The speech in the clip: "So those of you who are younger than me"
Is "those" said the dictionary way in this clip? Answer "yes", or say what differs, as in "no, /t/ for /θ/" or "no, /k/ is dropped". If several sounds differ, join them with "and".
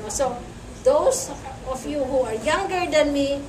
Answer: no, /s/ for /z/